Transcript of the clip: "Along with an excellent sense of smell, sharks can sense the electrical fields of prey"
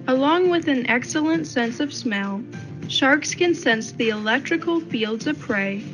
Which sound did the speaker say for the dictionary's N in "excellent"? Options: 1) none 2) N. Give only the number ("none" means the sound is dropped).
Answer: 2